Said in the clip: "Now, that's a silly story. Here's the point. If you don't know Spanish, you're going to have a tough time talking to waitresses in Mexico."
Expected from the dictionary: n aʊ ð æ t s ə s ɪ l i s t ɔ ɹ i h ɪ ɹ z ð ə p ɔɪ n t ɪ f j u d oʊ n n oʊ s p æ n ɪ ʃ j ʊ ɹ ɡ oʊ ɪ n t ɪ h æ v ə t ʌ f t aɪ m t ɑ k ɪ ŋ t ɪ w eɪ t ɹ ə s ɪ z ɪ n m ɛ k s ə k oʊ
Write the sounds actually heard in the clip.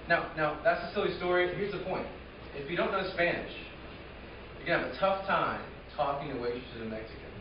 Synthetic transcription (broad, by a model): n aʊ ð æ t s ə s ɪ l i s t ɔ ɹ i h ɪ ɹ z ð ə p ɔɪ n t ɪ f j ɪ d oʊ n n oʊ s p æ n ɪ ʃ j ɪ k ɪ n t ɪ v ə t ʌ f t aɪ m t ɑ k ɪ ŋ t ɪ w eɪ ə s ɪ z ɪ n m ɛ k s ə k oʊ